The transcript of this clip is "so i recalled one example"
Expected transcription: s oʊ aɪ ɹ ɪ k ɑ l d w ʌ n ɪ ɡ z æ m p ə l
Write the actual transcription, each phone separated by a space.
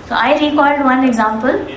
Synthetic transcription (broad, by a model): s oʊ aɪ ɹ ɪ k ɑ d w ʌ n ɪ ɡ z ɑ m p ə l